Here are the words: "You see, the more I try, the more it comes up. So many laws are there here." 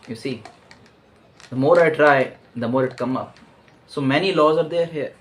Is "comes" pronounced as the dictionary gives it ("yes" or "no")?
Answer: no